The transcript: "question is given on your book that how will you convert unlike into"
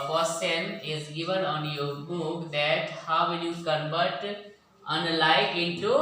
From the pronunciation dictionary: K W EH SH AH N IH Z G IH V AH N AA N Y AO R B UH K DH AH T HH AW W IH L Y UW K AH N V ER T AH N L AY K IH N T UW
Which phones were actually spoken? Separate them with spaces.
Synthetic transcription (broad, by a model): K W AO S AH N IH Z G IH V AH N AA N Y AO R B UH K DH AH T HH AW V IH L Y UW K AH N B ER T AH N L AY K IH N T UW